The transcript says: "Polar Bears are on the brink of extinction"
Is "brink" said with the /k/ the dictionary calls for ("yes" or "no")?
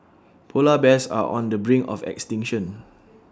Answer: no